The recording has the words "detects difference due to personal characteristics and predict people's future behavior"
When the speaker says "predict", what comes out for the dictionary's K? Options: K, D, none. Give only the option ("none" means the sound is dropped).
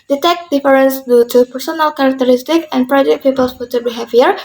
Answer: none